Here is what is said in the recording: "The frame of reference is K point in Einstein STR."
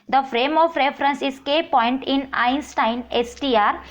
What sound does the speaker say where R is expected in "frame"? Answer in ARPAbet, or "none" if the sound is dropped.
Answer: R